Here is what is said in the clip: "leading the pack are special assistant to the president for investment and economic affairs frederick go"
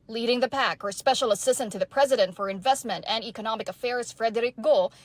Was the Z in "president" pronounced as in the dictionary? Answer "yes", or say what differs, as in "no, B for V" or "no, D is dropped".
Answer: yes